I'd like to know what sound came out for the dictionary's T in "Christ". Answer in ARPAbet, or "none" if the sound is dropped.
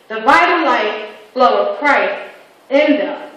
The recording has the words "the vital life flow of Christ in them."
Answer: none